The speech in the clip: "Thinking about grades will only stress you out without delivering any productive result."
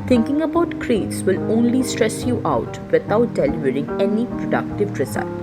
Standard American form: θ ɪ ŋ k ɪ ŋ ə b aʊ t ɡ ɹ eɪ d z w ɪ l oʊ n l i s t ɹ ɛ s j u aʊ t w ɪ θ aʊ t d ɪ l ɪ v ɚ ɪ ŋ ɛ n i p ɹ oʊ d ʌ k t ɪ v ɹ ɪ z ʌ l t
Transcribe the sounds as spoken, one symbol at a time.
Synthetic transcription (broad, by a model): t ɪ ŋ k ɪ ŋ ə b aʊ t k ɹ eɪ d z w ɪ l oʊ n l i s t ɹ ɛ s j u aʊ t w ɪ t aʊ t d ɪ l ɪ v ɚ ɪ ŋ ɛ n i p ɹ oʊ d ʌ k t ɪ v ɹ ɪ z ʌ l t